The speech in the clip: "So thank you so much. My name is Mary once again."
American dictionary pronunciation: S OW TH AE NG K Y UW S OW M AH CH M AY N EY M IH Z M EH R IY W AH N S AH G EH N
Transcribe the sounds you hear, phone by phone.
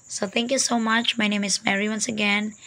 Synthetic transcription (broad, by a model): S OW T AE NG K Y UW S OW M AH CH M AY N EY M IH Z M EH R IY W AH N S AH G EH N